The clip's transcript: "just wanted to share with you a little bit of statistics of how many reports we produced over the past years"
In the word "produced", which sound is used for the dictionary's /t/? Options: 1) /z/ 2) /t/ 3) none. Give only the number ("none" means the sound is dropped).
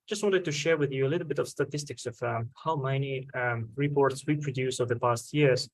3